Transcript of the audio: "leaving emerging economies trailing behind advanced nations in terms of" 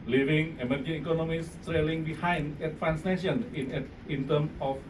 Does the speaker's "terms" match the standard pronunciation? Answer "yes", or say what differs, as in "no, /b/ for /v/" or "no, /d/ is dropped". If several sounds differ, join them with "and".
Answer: no, /z/ is dropped